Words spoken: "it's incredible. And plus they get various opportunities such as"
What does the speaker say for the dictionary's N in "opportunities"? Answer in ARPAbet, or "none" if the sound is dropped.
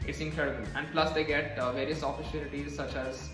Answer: L